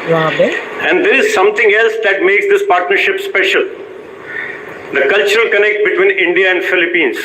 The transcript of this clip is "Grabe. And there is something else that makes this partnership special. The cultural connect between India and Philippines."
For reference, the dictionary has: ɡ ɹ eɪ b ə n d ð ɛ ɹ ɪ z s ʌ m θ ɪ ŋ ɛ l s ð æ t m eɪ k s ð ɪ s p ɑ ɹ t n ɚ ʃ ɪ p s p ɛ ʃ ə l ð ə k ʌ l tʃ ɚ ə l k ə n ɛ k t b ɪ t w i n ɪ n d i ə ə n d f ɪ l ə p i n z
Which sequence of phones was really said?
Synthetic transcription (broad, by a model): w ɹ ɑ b ə n d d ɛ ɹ ɪ z s ʌ m t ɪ ŋ ɛ l s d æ t m eɪ k s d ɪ s p ɑ ɹ t n ɚ ʃ ɪ p s p ɛ ʃ ə l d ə k ʌ l tʃ ɚ ə l k ə n ɛ k t b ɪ t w i n ɪ n d i ə ə n d f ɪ l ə p i n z